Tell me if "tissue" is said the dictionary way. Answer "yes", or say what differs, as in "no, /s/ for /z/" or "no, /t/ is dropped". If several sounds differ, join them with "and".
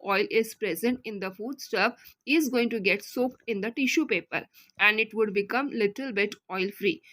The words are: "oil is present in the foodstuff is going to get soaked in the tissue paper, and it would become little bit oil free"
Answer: yes